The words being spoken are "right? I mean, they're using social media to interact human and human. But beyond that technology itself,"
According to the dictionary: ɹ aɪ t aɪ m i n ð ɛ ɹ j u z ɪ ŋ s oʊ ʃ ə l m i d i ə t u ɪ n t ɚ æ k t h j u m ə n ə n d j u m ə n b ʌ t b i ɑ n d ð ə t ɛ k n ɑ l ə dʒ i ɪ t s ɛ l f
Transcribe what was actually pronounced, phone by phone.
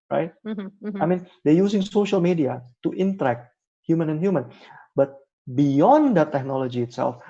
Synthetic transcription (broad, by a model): ɹ aɪ t aɪ m i n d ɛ j u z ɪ ŋ s oʊ ʃ ə l m i d i ə t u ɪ n t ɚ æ k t h j u m ə n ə n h j u m ə n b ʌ t b i ɑ n d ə t ɛ k n ɑ l ə dʒ i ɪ t s ɛ l f